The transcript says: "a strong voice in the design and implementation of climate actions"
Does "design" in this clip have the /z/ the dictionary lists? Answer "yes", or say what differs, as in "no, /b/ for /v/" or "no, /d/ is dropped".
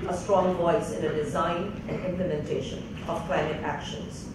yes